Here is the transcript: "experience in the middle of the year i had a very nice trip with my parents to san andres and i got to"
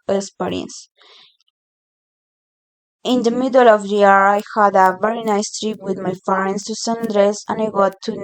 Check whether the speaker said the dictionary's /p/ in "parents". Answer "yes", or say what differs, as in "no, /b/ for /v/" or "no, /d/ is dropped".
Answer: no, /f/ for /p/